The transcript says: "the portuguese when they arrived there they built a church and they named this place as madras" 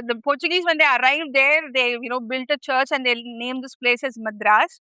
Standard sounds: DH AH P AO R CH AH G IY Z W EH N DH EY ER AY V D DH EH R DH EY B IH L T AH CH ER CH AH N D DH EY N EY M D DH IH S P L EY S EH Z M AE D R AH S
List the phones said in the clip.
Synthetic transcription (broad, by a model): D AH P AO R CH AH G IY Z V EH N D EY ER AY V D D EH R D EY B IH L T AH CH ER CH AH N D EY N EY M D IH S P L EY S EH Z M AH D R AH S